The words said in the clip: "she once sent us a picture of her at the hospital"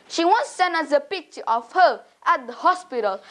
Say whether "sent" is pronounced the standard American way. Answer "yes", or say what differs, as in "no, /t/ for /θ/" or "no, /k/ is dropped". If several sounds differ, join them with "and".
no, /t/ is dropped